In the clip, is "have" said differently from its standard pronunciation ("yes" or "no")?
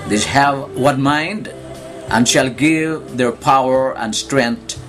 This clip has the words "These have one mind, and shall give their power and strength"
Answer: no